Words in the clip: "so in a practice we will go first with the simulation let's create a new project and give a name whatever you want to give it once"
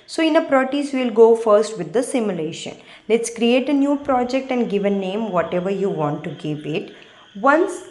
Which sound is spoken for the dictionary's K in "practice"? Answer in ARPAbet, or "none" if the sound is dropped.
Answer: none